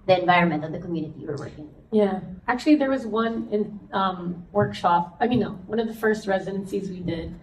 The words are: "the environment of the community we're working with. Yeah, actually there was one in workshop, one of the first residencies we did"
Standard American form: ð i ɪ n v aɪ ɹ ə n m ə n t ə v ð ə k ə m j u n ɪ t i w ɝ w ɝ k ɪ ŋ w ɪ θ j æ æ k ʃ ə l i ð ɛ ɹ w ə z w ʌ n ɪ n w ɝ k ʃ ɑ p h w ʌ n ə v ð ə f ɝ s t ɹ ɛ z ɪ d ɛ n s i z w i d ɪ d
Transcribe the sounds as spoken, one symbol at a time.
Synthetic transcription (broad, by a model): ð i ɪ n v aɪ ɹ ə n m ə n t ə v ð ə k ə m j u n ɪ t i w ɝ w ɝ k ɪ ŋ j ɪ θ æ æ k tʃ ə l i ð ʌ ɹ w ə z w ʌ n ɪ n w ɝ k ʃ ɑ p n w ʌ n ə v ð ə f ɝ s t ɹ ɛ z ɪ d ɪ n s i z w i d ɪ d